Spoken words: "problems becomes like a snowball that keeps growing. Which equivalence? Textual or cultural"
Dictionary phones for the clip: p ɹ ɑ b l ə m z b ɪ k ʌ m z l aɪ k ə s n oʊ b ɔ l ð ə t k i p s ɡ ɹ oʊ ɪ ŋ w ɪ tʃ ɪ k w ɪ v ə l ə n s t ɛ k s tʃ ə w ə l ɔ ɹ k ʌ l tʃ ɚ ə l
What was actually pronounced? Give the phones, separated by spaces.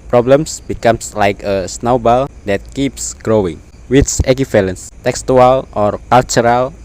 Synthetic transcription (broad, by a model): p ɹ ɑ b l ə m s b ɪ k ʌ m s l aɪ k ə s n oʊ b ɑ l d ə t k i p s ɡ ɹ oʊ ɪ ŋ w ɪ s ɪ k w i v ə l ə n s t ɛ k s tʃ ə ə l ɔ ɹ k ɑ l tʃ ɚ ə l